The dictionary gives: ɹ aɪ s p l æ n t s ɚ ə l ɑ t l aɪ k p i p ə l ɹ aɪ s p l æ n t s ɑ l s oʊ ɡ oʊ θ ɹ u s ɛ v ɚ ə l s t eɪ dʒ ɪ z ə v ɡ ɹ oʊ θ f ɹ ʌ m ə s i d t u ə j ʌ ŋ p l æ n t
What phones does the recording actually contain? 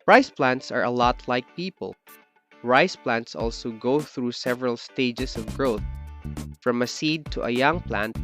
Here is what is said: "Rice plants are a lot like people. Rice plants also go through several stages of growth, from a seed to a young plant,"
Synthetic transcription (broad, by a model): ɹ aɪ s p l æ n t s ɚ ə l ɑ t l aɪ k p i p ə l ɹ aɪ s p l æ n t s ɑ l s oʊ ɡ oʊ θ ɹ u s ɛ v ɚ ə l s t eɪ dʒ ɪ s ə v ɡ ɹ oʊ θ f ɹ ʌ m ə s i d t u ə j ʌ ŋ p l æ n t